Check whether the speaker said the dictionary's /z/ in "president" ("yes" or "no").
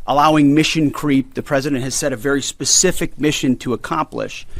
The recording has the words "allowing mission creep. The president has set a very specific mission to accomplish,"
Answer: yes